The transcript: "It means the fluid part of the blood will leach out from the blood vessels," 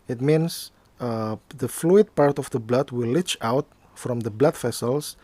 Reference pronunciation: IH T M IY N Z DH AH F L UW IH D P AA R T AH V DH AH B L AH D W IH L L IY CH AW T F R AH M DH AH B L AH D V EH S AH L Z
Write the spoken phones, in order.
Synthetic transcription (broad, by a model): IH T M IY N S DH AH F L UW IH D P AA R T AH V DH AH B L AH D W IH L L IY CH AW T F R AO M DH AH B L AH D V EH S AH L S